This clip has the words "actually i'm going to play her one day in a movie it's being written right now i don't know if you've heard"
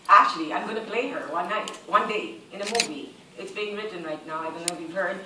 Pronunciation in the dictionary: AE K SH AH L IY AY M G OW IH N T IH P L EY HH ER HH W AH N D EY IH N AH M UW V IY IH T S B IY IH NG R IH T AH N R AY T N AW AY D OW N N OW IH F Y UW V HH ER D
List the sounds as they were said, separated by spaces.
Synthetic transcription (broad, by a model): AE K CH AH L IY AY M G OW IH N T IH P L EY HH ER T W AH N D EY IH N AH M UW V IY IH T S B IY IH NG R IH T N R AY T N AW AY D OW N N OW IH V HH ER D